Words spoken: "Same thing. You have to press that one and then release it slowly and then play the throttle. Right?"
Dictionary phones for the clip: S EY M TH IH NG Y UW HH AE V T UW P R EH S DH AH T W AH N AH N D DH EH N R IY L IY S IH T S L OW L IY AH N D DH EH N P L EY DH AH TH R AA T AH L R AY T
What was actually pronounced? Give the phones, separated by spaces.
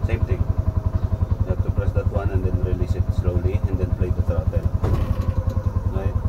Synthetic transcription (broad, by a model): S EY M T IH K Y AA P T UW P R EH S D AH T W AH N AH N D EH N R IY L IY S IH T S L OW L IY AH N D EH N P L EY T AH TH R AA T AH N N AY